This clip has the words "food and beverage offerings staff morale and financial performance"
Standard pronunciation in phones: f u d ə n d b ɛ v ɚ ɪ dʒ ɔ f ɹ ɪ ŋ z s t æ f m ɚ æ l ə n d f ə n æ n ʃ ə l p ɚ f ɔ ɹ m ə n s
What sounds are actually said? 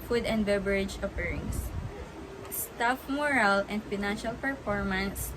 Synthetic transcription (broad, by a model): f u d ə n d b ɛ b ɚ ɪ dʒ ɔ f ɹ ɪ ŋ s s t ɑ f m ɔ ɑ l ə n d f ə n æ n ʃ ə l p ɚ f ɔ ɹ m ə n s